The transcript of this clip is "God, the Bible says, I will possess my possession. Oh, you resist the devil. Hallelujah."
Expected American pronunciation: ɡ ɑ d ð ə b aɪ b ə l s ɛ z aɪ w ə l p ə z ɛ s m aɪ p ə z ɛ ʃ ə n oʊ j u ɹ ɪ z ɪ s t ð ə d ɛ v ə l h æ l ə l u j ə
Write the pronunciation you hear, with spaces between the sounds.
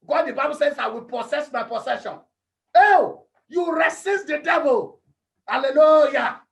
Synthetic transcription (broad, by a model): ɡ ɑ d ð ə b aɪ b ə l s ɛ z aɪ w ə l p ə s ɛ s m aɪ p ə s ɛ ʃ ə n oʊ j u ɹ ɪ s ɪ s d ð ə d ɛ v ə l h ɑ l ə l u j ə